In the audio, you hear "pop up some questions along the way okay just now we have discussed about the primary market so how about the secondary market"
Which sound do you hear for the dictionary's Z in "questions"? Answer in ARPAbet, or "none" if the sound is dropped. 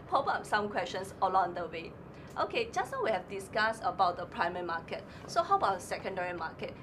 S